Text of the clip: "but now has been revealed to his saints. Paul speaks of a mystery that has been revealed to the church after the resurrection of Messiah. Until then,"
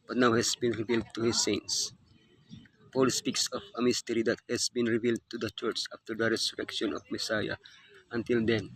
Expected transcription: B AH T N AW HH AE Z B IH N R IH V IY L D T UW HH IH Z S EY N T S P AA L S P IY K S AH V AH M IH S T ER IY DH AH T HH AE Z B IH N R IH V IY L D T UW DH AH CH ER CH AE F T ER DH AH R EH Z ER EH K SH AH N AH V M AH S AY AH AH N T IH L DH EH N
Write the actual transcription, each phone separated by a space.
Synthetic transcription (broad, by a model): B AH T N AW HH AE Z B IH N R IH V IY L D T UW HH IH S EY N T S P AA L S P IY K S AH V AH M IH S T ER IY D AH T HH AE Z B IH N R IH V IY L D T UW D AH CH ER CH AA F T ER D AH R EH S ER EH K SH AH N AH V M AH S AY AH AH N T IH L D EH N